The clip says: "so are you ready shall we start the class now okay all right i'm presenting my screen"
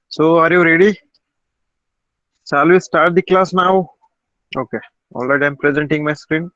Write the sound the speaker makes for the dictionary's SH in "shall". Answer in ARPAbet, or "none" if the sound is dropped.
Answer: S